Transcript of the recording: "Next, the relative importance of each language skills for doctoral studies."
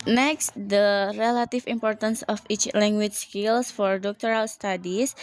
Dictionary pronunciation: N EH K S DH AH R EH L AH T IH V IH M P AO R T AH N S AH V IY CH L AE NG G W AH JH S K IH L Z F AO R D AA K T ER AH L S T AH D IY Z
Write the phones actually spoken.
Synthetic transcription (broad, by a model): N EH K S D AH R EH L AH T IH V IH M P AO R T AH N S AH F IY CH L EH NG G W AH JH S K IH L S F AO R D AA K T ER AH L S T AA D IY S